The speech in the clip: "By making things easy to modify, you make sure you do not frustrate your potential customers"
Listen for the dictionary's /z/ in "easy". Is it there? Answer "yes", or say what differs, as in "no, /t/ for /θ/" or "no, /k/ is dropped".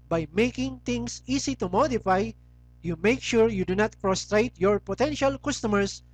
no, /s/ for /z/